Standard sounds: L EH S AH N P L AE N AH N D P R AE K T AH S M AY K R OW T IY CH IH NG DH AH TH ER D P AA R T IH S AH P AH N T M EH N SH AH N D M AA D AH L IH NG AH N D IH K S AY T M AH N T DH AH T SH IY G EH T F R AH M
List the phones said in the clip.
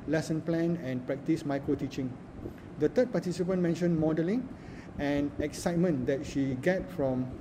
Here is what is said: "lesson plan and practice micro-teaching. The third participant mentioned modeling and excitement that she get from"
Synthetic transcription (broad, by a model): L EH S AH N P L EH N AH N P R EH K T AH S M AY K R OW T IY CH IH NG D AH T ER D P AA T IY S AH P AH N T M EH N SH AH N M AA D AH L IH NG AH N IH K S AY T M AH N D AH T SH IY G EH T F R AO M